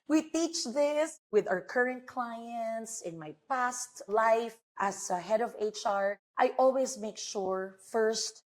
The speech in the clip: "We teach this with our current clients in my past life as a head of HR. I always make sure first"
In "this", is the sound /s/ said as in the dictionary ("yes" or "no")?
yes